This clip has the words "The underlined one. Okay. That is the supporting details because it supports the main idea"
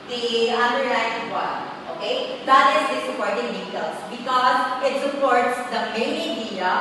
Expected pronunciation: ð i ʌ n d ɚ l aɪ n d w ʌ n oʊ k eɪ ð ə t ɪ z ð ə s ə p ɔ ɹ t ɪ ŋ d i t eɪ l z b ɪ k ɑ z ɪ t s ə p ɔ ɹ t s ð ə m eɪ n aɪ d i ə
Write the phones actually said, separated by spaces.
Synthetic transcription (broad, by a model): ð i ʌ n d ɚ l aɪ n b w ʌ oʊ k eɪ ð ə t ɪ z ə s ə p ɔ ɹ t ɪ ŋ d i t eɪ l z b ɪ k ɑ z ɪ t s ə p ɔ ɹ t s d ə m eɪ n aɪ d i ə